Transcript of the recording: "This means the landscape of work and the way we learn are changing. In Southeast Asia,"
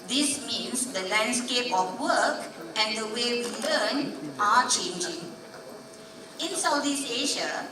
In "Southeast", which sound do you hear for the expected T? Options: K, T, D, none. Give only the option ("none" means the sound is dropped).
none